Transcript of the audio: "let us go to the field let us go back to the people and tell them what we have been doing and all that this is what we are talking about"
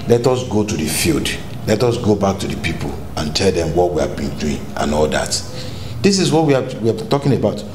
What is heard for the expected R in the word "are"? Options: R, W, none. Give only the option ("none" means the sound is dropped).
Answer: W